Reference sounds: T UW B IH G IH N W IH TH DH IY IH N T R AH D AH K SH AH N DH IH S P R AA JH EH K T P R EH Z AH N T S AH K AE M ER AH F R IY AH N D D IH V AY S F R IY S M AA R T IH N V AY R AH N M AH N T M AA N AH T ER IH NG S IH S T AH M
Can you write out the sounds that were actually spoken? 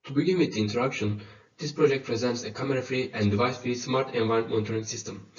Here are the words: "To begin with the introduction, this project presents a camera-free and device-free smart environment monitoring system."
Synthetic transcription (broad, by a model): T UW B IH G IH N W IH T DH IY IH N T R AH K SH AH N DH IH S P R AA JH EH K T P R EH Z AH N T S AH K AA M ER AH F R IY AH N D D IH V AY S F R IY S M AA R T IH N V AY AH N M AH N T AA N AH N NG S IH S T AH M